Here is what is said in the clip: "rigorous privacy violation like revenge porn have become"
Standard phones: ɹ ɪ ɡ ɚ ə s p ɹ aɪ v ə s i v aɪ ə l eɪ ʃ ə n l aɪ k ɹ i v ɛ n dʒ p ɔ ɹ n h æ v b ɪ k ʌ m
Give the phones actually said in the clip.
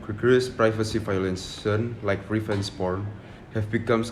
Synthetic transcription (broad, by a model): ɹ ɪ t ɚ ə s p ɹ aɪ v ə s i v aɪ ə l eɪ s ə n l aɪ k ɹ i f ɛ n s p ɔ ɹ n h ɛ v b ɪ k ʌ m